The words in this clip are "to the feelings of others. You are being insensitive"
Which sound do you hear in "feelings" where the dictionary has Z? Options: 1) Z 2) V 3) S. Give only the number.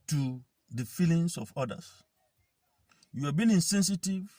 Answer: 3